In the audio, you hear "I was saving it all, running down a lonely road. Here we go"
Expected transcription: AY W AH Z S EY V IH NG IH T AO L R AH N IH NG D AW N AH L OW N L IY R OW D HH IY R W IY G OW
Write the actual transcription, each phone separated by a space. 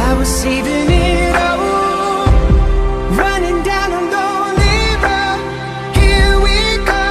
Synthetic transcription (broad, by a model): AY W AH Z S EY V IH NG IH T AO R AH N IH NG D AW N AH N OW L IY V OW HH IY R W IY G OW